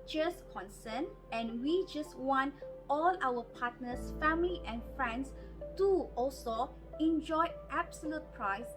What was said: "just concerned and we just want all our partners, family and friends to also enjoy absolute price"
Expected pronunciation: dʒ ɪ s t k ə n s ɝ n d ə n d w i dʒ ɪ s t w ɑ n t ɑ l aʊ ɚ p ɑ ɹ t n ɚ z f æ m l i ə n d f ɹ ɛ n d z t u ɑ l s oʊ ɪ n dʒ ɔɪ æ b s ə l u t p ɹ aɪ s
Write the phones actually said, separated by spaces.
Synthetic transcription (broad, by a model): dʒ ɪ s k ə n s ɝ n ə n w i dʒ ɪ s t w ɑ n t ɑ l aʊ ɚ p ɑ t n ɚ s f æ m l i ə n f ɹ ɛ n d s t u ɑ l s oʊ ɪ n dʒ ɔɪ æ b s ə l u t p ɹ aɪ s